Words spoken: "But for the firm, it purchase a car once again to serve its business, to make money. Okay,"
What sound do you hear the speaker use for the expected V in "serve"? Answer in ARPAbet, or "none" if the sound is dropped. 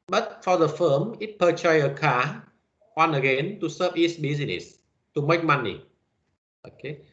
P